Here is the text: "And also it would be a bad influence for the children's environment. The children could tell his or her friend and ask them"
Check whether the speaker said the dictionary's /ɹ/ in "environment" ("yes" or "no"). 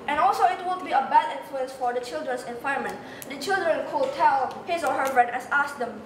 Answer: no